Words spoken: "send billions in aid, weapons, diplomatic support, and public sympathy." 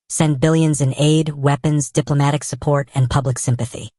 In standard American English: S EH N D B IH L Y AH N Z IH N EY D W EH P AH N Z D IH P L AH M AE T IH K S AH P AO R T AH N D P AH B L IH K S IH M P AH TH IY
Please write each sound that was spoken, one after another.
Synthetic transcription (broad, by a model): S EH N B IH L Y AH N Z IH N EY D W EH P AH N Z D IH P L AH M AE T IH K S AH P AO R T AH N P AH B L IH K S IH M P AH TH IY